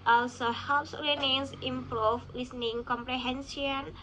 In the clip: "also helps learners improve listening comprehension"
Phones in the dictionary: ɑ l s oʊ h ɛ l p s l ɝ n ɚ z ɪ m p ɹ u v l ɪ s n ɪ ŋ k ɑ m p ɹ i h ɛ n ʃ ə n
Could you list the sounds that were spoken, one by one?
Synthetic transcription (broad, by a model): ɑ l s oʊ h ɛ p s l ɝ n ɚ s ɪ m p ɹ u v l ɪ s n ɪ ŋ k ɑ m p ɹ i h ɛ n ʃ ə n